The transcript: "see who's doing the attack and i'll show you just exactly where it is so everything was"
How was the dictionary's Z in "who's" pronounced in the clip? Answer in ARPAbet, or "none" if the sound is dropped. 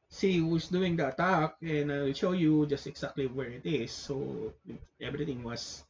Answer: S